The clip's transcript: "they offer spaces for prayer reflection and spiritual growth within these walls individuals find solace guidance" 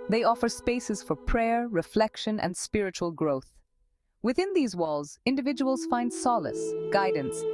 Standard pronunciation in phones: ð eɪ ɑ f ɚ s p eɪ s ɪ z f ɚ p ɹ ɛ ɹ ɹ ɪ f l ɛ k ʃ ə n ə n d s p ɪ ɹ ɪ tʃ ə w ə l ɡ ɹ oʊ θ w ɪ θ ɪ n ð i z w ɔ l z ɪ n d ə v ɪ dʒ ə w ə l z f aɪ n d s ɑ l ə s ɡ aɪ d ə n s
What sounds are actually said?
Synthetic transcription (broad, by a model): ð eɪ ɑ f ɚ s p eɪ s ɪ z f ɚ p ɹ ɛ ɹ ɹ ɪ f l ɛ k ʃ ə n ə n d s p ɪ ɹ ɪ tʃ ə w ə l ɡ ɹ oʊ θ w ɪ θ ɪ n ð i z w ɔ l z ɪ n d ə v ɪ dʒ ə w ə l z f aɪ n d s ɑ l ə s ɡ aɪ d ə n s